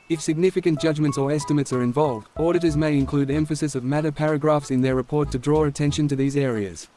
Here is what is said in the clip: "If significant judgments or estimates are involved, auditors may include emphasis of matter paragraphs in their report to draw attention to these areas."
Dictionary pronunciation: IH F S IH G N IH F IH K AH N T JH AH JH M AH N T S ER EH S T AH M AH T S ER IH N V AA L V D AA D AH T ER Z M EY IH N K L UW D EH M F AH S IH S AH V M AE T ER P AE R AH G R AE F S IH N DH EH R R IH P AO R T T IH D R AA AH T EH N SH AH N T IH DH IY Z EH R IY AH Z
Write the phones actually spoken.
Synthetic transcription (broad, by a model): IH F S IH G N IH F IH K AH N JH AH JH M AH N T S ER EH S T AH M AH T S ER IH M V AA L V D AA D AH T ER Z M EY IH N K L UW D EH M F AH S IH S AH V M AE T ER P AE R AH G R AE F S IH N DH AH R R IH P AO R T T IH D R AA AH T EH N SH AH N T IH DH IY Z EH R IY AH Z